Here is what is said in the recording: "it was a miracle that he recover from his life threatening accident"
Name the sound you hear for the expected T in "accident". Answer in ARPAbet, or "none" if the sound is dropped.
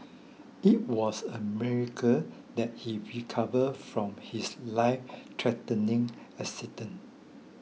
none